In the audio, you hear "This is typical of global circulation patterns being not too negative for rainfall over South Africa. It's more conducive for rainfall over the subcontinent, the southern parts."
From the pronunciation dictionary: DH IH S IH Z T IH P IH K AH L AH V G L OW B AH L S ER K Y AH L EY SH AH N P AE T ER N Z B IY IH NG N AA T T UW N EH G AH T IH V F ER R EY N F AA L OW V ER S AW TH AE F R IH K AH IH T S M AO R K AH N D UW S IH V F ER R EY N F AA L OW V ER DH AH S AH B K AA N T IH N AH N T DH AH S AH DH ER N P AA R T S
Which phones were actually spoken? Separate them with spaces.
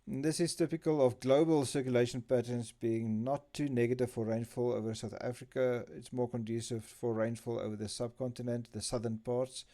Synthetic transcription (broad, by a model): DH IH S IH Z T IH P IH K AH L AH V G L OW B AH L S ER K Y AH L EY SH AH N P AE T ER N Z B IY IH NG N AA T T UW N EH G AH T IH V F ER R EY N F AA L OW V ER S AW TH AE F R IH K AH IH T S M AO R K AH N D UW S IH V F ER R EY N F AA L OW V ER DH AH S AH B K AA N T IH N AH N T DH AH S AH DH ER N P AA R T S